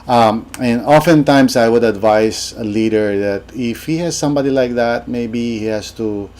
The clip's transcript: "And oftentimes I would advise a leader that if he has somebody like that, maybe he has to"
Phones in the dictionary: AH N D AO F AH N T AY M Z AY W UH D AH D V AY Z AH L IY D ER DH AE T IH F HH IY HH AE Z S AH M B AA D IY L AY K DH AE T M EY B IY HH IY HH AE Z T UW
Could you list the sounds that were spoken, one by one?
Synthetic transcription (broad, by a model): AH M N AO F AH N T AY M S AY W UH D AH D V AY S AH L IY D ER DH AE T IH F HH IY HH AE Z S AH M B AA D IY L AY K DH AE T M EY B IY HH IY HH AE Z T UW